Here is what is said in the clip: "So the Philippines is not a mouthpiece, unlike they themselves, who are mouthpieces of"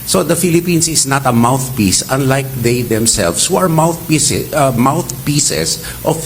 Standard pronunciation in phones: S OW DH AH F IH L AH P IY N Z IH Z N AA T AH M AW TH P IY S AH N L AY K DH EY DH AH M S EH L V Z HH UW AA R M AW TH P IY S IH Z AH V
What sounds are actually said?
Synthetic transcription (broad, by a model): S OW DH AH F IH L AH P IY N S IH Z N AA T AH M AW TH P IY S AH N L AY K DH EY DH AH M S EH L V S HH UW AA R M AW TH P IY S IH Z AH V